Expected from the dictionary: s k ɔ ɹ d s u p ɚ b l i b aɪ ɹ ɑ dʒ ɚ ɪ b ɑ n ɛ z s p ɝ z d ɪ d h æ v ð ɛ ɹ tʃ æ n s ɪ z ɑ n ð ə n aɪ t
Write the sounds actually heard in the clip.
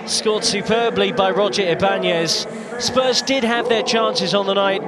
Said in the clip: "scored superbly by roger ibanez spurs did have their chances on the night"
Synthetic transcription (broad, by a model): s k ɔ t s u p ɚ b l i b aɪ ɹ ɑ dʒ ɚ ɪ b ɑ n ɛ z s p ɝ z d ɪ d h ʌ v ð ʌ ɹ tʃ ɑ n s ɪ z n ð ə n aɪ t